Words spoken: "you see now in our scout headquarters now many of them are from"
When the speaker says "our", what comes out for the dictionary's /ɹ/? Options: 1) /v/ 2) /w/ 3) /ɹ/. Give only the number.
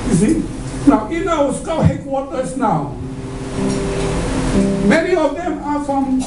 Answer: 2